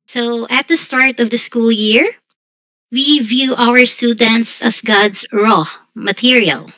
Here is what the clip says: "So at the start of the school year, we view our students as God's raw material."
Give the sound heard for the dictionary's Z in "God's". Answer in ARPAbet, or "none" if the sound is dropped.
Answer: S